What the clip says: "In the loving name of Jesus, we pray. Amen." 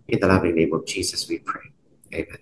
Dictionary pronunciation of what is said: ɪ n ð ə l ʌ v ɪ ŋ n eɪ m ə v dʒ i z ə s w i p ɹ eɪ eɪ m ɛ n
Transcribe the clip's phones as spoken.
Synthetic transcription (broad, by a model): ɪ n ð ə l ʌ v ɪ ŋ n eɪ m ə v dʒ i z ə s w i p ɹ eɪ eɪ m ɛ n